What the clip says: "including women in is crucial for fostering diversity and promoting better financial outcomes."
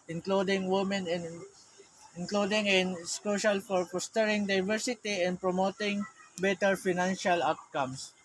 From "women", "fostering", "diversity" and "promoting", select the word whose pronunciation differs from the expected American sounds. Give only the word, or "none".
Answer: fostering